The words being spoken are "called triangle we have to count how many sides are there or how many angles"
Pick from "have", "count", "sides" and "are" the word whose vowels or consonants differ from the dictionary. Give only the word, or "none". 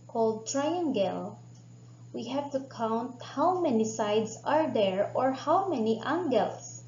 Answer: sides